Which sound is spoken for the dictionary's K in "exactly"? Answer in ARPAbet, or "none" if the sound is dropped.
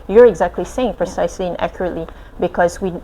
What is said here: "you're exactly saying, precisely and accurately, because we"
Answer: K